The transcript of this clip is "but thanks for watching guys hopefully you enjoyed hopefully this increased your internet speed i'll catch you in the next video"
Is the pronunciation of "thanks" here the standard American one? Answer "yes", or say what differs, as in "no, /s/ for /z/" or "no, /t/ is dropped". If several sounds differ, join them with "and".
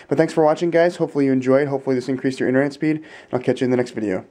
no, /k/ is dropped